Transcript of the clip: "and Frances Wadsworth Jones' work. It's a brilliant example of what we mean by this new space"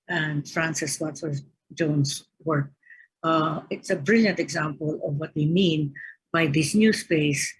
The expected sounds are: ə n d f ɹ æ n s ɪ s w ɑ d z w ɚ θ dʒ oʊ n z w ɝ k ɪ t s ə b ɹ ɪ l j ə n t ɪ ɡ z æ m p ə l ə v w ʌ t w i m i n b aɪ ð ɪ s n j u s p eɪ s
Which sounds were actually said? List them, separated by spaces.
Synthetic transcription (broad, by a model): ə n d f ɹ æ n s ɪ s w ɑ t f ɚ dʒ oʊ n s w ɝ k ɪ t s ə b ɹ ɪ l j ə n t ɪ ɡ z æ m p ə l ə v w ʌ t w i m i n b aɪ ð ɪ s n j u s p eɪ s